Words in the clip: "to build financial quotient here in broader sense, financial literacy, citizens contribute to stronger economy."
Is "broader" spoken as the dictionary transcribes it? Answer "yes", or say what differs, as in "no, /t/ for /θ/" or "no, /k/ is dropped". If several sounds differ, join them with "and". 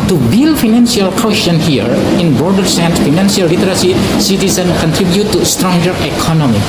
no, /ɹ/ is dropped